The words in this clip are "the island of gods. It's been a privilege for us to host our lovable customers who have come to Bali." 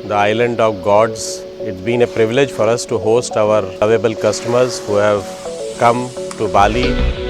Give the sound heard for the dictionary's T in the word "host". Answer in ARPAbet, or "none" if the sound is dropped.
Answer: T